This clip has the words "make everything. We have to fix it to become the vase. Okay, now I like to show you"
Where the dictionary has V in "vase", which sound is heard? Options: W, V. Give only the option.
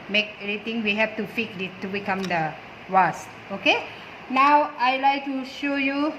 W